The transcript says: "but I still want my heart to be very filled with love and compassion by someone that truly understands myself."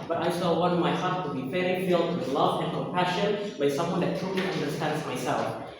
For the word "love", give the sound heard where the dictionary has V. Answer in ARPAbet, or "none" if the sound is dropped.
V